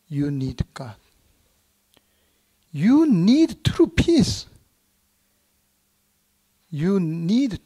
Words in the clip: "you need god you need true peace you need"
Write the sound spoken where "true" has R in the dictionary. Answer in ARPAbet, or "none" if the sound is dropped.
R